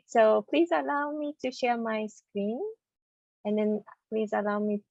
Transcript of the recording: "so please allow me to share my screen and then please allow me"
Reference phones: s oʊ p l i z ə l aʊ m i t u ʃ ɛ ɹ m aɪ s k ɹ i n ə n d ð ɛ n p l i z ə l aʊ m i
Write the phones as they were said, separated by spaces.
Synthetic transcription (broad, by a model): s oʊ p l i z ə l aʊ m i t u ʃ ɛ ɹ m aɪ s k ɹ i n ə n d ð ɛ n p l i z ə l aʊ m i